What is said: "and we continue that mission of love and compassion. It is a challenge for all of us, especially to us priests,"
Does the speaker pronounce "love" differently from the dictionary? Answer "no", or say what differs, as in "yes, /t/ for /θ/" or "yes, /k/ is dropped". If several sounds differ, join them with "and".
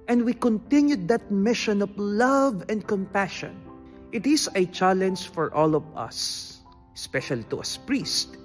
no